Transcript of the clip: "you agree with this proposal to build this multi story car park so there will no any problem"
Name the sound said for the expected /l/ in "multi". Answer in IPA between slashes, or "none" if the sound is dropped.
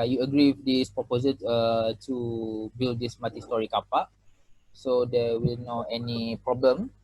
none